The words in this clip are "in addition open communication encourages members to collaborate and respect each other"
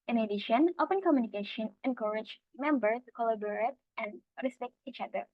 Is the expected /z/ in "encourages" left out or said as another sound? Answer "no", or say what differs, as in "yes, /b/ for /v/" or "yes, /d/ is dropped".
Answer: yes, /z/ is dropped